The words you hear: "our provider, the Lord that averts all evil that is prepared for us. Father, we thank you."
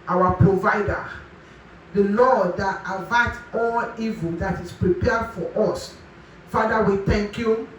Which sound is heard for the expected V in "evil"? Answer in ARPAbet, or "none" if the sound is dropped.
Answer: V